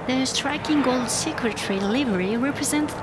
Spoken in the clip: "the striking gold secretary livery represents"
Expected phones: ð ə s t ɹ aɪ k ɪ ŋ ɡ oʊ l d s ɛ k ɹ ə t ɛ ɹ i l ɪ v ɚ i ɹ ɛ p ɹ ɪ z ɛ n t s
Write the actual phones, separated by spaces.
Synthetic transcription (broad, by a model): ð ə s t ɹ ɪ k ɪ ŋ ɡ oʊ l d s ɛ k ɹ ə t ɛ ɹ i l ɪ v ɚ i ɹ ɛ p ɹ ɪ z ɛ n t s